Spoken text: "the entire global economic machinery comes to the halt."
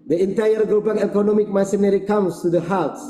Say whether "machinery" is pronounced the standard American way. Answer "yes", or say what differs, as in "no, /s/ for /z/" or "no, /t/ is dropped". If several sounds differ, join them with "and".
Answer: no, /s/ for /ʃ/